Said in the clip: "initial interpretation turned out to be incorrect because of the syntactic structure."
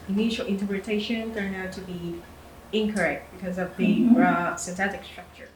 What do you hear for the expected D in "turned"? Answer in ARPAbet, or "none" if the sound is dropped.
none